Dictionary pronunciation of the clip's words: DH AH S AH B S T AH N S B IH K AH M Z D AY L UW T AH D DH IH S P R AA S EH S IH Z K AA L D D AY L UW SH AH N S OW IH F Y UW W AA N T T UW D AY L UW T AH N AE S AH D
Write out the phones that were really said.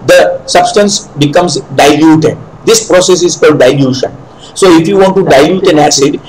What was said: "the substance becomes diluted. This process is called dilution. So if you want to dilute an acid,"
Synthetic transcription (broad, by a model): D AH S AH B S T AH N S B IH K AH M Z D AY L UW T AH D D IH S P R AA S EH S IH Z K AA L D D AY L UW SH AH N S OW IH F Y UW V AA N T T UW D AY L UW T AH N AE S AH D